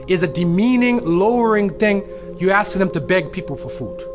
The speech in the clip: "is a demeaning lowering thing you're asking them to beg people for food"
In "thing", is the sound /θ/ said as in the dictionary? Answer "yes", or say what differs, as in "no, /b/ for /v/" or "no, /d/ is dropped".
yes